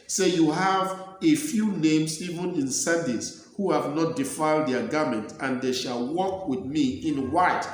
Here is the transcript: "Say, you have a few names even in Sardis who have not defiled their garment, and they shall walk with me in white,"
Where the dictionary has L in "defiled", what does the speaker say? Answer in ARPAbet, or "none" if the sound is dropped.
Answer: L